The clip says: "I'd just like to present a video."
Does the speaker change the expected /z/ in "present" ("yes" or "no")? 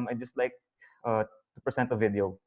yes